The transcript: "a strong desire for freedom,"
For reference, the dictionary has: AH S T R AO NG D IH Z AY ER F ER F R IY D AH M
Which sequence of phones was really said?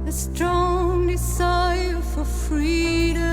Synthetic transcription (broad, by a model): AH S T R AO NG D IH S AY F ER F R IY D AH